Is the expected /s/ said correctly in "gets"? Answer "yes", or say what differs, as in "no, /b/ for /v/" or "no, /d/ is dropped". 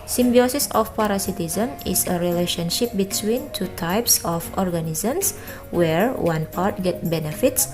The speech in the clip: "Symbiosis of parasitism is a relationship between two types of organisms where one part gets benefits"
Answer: no, /s/ is dropped